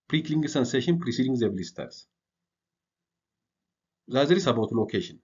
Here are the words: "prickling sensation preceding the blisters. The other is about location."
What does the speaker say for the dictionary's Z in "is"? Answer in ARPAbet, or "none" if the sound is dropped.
S